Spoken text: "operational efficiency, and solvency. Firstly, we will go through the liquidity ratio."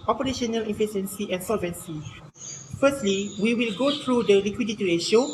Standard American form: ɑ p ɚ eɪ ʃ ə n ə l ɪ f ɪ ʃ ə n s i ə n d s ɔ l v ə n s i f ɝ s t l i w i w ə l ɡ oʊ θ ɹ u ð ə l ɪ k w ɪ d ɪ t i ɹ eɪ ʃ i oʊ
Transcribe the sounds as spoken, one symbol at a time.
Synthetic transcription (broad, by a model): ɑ p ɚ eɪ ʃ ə n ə l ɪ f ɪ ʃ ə n s i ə n s ɔ l v ə n s i f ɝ s t l i w i w ə l ɡ oʊ t ɹ u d ə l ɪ k w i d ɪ t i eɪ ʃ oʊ